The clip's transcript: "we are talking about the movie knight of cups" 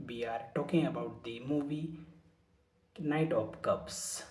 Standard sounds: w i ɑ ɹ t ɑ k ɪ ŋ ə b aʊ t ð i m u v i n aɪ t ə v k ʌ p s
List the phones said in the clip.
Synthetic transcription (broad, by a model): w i ɑ ɹ t ɑ k ɪ ŋ ə b aʊ t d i m u v i n aɪ t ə p k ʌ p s